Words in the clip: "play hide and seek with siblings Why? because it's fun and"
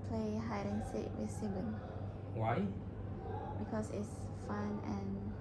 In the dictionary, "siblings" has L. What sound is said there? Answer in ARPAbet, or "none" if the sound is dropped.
none